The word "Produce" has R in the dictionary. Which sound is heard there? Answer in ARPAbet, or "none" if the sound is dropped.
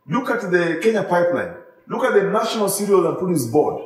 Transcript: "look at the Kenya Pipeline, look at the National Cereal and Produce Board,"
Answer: none